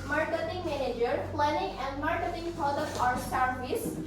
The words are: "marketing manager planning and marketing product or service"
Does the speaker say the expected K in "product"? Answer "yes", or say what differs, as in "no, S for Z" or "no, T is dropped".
no, K is dropped